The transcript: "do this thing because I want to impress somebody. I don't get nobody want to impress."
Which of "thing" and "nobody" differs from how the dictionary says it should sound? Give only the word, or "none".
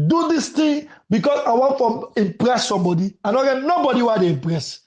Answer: thing